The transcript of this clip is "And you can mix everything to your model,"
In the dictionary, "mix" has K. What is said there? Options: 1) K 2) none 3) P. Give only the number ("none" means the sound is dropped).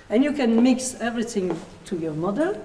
1